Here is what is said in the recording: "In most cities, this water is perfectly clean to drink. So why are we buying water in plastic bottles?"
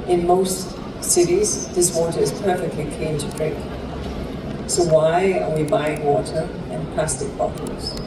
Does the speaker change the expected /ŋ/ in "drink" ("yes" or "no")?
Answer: yes